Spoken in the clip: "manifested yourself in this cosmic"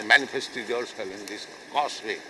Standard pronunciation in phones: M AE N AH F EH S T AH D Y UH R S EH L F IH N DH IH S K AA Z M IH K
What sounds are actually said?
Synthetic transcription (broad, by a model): M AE N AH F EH S T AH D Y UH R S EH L IH N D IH S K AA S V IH